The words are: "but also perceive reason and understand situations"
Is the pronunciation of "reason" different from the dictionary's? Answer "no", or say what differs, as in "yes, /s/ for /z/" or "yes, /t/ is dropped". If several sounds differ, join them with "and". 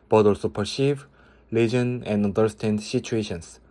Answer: yes, /l/ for /ɹ/